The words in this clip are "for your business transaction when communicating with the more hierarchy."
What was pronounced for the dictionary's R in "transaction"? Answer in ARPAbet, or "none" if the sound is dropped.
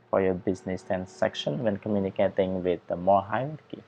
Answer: none